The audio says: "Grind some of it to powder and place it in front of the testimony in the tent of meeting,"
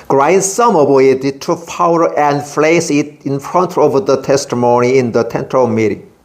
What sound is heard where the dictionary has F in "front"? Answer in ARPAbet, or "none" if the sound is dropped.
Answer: F